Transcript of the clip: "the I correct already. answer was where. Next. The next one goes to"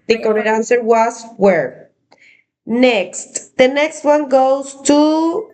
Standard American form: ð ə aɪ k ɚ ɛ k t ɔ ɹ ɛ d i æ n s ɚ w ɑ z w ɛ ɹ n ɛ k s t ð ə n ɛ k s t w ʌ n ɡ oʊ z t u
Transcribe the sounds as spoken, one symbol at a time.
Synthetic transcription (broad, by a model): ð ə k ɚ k ɔ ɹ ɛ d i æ n s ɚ w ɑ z w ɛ ɹ n ɛ k s t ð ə n ɛ k s t w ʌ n ɡ oʊ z t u